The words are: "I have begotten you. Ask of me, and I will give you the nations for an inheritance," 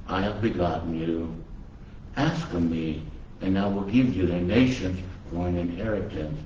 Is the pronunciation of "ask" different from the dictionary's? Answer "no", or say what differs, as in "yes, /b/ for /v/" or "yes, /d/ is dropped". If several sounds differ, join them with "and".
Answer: no